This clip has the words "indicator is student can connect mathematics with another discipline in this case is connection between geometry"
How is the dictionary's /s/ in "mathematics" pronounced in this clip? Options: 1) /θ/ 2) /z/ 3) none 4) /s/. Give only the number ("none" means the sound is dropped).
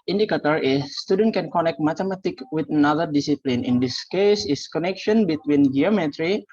3